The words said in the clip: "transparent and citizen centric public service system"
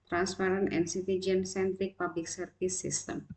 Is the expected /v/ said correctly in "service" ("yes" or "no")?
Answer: no